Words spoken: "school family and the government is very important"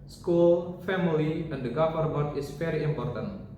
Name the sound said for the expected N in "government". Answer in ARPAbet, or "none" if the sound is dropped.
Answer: none